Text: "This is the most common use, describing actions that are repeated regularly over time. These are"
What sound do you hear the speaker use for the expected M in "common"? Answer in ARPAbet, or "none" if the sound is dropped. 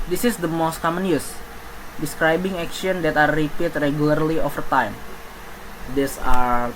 M